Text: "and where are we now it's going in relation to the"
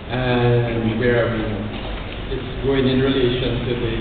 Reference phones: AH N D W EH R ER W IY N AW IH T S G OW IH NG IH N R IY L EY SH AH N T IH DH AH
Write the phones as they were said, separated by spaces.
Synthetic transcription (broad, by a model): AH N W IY W ER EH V IH T S G OW IH NG IH N R IY L EY SH AH N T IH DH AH